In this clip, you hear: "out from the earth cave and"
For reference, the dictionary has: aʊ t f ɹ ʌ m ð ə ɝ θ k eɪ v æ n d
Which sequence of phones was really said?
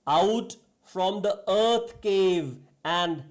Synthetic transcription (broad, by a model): aʊ t f ɹ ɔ m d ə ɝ t k eɪ v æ n d